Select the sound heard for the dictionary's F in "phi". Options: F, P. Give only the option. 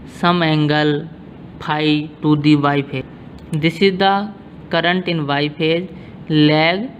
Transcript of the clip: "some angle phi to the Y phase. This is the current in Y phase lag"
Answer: P